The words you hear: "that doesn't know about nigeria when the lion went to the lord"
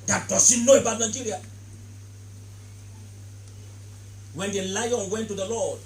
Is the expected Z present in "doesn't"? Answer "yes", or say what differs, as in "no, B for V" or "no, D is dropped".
no, S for Z